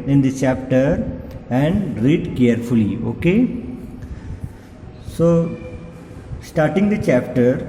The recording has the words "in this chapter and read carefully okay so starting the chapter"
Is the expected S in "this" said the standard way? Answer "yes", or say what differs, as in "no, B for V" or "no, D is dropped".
no, S is dropped